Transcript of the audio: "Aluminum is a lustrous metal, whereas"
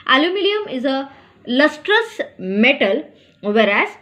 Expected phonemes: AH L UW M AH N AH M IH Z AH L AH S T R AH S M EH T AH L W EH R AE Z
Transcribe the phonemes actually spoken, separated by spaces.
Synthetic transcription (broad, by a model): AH L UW M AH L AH M IH Z AH L AH S T R AH S M EH T AH L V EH R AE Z